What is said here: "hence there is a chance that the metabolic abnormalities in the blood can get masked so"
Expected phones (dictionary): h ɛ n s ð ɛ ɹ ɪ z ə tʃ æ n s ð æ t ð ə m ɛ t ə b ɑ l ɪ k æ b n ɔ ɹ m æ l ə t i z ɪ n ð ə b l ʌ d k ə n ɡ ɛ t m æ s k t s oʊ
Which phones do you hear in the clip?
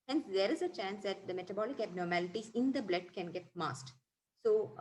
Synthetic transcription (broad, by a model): h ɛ n s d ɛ ɹ ɪ z ə tʃ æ n s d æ t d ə m ɛ t ə b ɑ l ɪ k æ b n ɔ ɹ m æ l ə t i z ɪ n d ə b l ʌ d k ə n ɡ ɛ t m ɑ s t s oʊ